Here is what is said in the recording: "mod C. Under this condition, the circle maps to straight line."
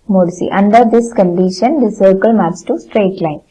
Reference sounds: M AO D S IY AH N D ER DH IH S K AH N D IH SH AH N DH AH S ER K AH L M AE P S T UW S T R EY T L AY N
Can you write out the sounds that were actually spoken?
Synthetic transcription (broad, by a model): M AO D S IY AH N D ER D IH S K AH N D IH SH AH N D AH S ER K AH L M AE S T UW S T R EY T L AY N